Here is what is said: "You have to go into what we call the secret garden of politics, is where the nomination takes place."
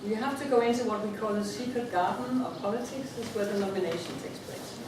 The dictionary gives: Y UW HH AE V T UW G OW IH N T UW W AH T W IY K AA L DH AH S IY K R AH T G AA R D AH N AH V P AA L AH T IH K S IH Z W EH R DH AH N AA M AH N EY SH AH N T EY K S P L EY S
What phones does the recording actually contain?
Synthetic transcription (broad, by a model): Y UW HH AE F T UW G OW IH N T UW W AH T W IY K AA L DH AH S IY K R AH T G AA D N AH P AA L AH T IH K S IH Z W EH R DH AH N AA M AH N EY SH AH N T EY K S P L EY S